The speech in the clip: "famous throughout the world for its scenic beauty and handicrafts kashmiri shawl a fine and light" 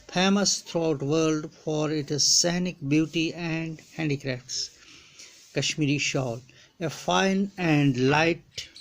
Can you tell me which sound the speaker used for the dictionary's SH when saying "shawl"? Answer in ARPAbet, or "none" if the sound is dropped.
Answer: SH